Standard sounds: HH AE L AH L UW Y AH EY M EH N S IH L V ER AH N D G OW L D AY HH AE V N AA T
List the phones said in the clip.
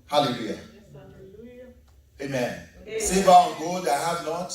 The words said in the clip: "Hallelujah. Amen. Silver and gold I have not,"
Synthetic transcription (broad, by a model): HH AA L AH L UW Y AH EY M EH N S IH V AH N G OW D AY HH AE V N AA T